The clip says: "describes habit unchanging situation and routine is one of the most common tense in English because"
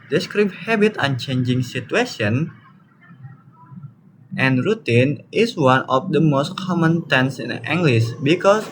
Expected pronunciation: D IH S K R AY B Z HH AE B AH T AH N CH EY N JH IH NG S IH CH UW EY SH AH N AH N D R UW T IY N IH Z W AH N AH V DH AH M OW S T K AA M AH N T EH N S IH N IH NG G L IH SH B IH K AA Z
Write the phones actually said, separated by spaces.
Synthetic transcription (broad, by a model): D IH S K R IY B HH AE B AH T AH N CH EY N JH IH NG S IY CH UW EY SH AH N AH N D R UW T IY N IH S W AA N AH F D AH M OW S T K AA M AH N T EH N S IH N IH NG G L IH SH B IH K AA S